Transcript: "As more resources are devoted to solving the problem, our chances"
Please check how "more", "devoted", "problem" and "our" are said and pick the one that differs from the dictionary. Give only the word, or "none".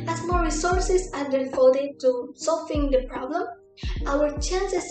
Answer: devoted